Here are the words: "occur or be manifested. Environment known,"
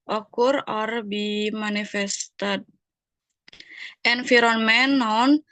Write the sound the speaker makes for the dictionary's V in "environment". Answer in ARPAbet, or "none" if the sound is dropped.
F